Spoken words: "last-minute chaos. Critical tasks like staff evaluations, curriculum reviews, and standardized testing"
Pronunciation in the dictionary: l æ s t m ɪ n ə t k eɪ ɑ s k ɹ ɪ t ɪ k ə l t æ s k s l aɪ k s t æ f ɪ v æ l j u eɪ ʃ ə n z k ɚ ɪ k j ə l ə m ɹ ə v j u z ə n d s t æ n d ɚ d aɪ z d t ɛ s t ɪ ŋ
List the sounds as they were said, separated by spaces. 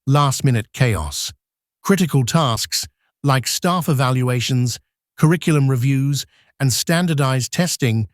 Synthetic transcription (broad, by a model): l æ s t m ɪ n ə t k eɪ ɑ s k ɹ ɪ t ɪ k ə l t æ s k s l aɪ k s t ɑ f ɪ v æ l j u eɪ ʃ ə n z k ɚ ɪ k j l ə m ɹ ə v j u z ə n s t æ n d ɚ d aɪ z t ɛ s t ɪ ŋ